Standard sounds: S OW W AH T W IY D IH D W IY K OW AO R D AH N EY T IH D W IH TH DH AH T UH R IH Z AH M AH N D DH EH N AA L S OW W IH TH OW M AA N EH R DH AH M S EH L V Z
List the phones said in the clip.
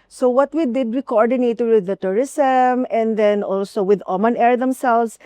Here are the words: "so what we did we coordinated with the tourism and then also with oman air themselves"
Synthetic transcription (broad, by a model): S OW W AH T W IY D IH D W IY K OW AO R D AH N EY T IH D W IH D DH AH T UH R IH S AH M AH N D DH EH N AA L S OW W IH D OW M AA N EH R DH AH M S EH L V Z